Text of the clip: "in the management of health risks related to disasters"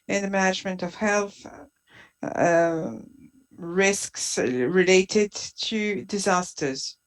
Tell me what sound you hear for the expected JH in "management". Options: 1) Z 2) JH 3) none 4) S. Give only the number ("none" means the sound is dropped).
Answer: 2